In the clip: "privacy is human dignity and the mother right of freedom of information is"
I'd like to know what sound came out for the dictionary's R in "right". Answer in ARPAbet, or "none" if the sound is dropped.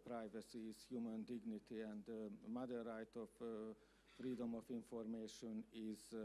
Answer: R